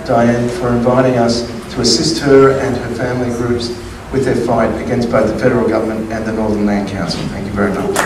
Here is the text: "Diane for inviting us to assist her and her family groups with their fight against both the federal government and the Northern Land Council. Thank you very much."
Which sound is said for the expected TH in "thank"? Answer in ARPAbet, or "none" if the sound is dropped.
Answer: TH